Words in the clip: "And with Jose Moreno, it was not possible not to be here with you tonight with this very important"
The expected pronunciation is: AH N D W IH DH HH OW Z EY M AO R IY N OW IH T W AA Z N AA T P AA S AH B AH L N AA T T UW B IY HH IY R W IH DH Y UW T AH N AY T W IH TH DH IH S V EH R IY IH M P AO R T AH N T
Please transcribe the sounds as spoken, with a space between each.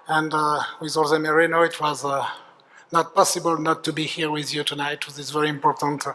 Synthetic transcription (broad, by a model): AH N D W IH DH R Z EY M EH R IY N OW IH T W AA Z N AA T P AA S AH B AH L N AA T T UW B IY HH IY R W IH DH Y UW T AH N AY T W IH DH IH S V EH R IY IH M P AO R T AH N T